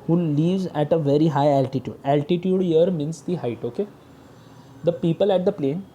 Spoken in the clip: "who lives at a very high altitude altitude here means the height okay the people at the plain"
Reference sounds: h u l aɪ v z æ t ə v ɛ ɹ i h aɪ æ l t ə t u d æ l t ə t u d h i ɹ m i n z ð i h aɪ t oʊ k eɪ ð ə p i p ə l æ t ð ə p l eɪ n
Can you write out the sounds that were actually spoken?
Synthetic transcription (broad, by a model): h u l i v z æ t ə v ɛ ɹ i h aɪ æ l t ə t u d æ l t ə t u d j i ɹ m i n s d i h aɪ t oʊ k eɪ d ə p i p ə l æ t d ə p l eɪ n